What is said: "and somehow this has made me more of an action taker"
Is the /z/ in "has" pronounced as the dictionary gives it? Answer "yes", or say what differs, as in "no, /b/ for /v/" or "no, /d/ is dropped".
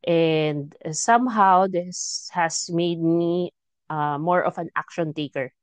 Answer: no, /s/ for /z/